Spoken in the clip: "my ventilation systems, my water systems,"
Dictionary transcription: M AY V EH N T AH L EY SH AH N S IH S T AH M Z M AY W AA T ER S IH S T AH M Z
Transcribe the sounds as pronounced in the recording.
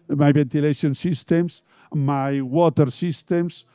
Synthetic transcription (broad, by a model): M AY B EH N T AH L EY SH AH N S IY S T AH M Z M AY W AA T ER S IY S T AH M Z